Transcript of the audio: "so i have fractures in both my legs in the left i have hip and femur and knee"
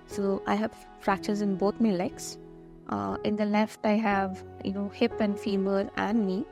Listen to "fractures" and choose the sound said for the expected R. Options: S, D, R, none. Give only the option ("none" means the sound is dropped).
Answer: R